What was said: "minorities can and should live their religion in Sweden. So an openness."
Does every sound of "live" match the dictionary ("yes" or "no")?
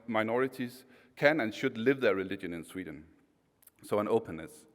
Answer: yes